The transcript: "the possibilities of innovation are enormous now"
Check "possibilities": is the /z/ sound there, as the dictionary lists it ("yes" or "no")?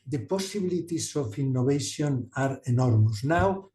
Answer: no